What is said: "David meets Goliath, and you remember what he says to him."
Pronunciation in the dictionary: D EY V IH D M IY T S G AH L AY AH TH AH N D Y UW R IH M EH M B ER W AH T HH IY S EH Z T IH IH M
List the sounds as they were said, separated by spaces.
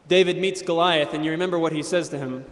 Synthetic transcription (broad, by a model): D EY V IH D M IY T S G AH L AY AH TH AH N Y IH R IH M EH M B ER W AH T HH IY S EH Z T IH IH M